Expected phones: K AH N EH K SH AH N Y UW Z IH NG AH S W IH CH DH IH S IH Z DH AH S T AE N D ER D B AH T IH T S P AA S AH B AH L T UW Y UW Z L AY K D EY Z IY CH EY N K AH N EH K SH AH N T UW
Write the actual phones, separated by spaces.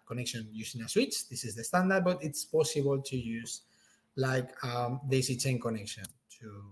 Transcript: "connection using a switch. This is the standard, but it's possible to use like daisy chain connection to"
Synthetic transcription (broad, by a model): K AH N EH K SH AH N Y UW S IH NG AH S W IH CH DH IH S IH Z DH AH S T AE N D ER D B AH T IH T S P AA S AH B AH L T UW Y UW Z L AY K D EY S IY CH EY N K AH N EH K SH AH N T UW